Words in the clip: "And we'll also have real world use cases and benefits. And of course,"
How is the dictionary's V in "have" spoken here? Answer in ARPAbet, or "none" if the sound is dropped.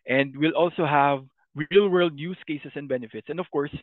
V